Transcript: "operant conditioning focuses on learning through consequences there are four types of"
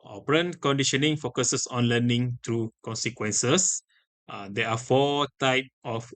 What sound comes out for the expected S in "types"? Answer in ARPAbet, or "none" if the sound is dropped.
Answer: none